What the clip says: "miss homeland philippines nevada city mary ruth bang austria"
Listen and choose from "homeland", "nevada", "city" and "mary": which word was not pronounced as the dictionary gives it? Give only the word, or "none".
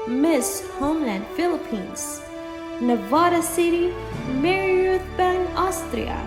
none